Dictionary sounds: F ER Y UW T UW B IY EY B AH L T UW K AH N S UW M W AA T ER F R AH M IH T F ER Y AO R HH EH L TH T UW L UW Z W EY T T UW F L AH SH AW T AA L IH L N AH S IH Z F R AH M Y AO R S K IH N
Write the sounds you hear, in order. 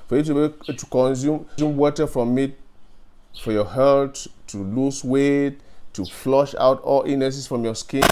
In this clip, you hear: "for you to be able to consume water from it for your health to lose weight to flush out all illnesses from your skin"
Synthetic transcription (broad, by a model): F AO Y UW T UW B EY T UW K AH N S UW M W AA T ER F R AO M IH T F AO Y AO HH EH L T UW L UW S W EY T T UW F L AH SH AW T AA L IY N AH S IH S F R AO M Y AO S K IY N